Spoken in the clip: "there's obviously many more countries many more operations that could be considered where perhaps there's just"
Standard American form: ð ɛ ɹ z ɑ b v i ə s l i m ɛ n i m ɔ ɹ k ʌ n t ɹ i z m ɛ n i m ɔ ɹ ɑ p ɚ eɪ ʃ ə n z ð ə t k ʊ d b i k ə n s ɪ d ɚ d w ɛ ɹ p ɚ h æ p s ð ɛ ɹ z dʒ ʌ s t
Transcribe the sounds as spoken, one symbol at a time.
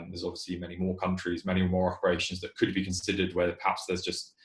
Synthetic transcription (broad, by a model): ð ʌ z ɑ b v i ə s l i m ɛ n i m ɔ k ʌ n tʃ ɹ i z m ɛ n i m ɔ ɹ ɑ p ɚ eɪ ʃ ə n z ð ə t k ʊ d b i k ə n s ɪ d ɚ d w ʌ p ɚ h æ p s ð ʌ z dʒ ʌ s t